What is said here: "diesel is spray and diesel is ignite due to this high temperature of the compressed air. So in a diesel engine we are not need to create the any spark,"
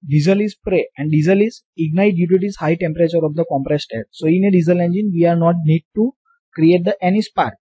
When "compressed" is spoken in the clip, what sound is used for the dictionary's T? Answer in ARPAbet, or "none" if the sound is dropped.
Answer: T